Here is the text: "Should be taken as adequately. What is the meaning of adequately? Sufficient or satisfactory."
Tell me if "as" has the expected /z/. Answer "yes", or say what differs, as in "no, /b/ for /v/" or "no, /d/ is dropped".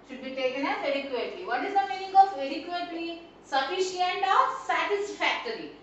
no, /s/ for /z/